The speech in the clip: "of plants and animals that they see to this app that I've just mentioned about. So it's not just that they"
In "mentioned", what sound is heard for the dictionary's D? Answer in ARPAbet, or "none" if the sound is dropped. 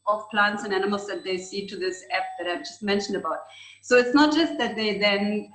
D